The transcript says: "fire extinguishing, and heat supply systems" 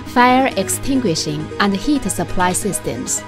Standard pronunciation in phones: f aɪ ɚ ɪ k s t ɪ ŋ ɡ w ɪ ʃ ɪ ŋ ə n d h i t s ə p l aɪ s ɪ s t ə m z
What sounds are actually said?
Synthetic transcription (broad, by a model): f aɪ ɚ ɪ k s t ɪ ŋ ɡ w ɪ ʃ ɪ ŋ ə n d h i t s ə p l aɪ s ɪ s t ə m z